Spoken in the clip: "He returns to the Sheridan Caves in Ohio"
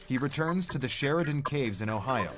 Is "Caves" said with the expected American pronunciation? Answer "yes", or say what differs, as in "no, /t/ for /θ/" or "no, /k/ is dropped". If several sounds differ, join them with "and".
yes